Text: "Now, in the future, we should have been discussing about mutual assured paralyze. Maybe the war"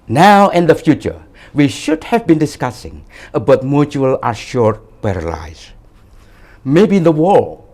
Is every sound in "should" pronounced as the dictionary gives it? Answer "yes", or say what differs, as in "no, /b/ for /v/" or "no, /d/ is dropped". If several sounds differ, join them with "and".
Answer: yes